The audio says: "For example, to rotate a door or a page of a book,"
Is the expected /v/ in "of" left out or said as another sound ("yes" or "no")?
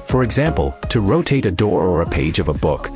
no